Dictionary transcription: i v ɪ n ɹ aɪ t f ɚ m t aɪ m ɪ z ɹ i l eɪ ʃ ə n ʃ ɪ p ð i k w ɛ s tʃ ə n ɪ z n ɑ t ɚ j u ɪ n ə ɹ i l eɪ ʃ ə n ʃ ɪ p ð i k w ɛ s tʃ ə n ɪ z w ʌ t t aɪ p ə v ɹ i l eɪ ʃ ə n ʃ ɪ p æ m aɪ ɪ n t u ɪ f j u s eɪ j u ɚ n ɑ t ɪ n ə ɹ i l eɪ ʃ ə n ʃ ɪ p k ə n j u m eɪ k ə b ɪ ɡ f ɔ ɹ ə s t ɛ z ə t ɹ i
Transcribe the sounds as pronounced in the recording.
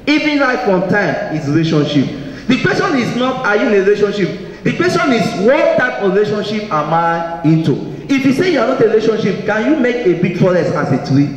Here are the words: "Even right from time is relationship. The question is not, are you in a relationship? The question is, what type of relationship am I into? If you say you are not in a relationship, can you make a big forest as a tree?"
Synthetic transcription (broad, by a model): i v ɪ n l aɪ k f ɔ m t aɪ m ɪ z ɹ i l eɪ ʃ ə n ʃ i p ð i k w ɛ s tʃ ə n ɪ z n ɑ t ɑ j u ɪ n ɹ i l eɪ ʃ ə n ʃ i p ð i k w ɛ s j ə n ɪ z w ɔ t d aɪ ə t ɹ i l eɪ ʃ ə n ʃ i p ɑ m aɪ ɪ n t u ɪ f j u s eɪ j u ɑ n ɑ t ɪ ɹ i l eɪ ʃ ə n ʃ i p k ə n j u m eɪ k ə b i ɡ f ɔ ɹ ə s ɑ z ə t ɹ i